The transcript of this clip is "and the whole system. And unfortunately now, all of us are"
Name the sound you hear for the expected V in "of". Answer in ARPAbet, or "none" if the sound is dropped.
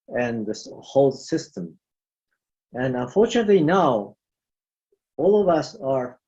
V